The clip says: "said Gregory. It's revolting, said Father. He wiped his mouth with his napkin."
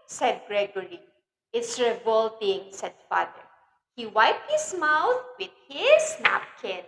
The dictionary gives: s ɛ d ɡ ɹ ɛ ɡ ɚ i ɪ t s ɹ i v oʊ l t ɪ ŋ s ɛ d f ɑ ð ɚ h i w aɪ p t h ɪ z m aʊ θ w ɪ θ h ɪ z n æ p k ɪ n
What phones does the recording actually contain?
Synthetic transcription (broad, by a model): s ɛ d ɡ ɹ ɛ ɡ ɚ i ɪ t s ɹ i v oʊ l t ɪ ŋ s ɛ d f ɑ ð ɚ h i w aɪ p t h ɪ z m aʊ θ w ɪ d h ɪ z n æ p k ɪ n